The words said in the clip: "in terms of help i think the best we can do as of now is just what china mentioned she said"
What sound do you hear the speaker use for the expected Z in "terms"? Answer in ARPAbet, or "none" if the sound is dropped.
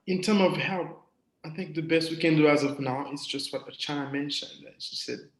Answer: none